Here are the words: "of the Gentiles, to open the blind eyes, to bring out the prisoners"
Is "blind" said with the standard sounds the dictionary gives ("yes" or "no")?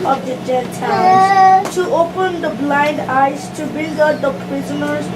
yes